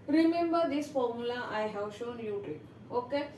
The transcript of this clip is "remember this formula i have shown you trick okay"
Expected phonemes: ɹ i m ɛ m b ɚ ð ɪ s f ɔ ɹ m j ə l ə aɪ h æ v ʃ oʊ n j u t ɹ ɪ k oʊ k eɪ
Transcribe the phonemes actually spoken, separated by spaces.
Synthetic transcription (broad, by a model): ɹ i m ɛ m b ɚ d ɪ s f ɔ ɹ m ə l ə aɪ h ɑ w ʃ oʊ n j u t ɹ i oʊ k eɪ